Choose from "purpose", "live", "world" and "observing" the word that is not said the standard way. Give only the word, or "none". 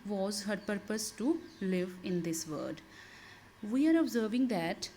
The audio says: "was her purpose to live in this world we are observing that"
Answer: world